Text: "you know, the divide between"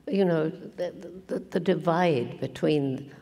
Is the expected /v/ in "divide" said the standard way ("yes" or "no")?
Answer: yes